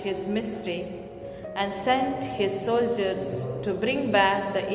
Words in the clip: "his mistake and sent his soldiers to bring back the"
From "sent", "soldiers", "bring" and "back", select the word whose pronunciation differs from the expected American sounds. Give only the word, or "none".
none